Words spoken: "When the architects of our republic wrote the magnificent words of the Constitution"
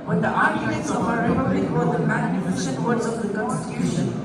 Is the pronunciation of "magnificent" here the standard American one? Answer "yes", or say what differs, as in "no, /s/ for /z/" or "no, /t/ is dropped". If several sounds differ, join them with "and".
no, /ʃ/ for /s/